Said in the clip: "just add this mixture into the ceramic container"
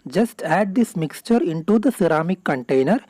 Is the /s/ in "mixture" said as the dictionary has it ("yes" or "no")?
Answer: yes